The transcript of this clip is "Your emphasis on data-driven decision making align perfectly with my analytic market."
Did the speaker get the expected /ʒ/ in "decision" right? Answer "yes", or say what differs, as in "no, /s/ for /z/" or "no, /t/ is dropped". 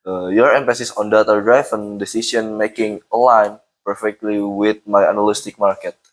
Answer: no, /s/ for /ʒ/